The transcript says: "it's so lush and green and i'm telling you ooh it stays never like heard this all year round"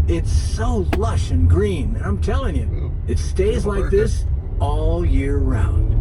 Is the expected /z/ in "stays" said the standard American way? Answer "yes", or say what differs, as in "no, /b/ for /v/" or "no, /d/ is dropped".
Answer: yes